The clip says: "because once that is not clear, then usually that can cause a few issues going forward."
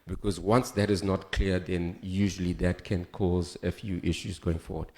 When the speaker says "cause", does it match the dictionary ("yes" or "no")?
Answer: yes